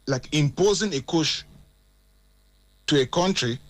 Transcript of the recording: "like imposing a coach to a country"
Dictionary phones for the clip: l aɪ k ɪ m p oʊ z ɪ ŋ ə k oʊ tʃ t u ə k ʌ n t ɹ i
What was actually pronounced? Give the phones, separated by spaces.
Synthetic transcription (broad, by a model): l aɪ k ɪ m p oʊ z ɪ ŋ ə k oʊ ʃ t u ə k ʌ n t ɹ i